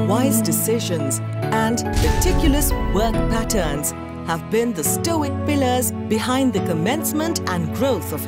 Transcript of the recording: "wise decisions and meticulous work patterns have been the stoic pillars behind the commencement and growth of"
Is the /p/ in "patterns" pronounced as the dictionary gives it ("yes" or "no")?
yes